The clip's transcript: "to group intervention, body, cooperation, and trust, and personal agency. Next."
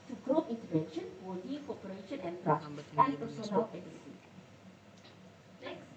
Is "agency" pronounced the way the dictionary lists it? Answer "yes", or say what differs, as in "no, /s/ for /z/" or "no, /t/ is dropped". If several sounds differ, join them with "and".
no, /n/ is dropped